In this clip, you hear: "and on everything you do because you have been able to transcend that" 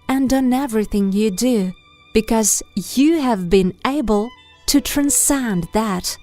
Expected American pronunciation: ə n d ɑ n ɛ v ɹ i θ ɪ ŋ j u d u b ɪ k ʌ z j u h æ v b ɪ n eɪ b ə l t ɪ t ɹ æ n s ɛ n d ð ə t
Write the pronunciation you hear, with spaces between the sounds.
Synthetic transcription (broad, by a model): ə n d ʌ n ɛ v ɹ i θ ɪ ŋ j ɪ d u b ɪ k ʌ z j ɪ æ v b ɪ n eɪ b ə l t ɪ t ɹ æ n s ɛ n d ð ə t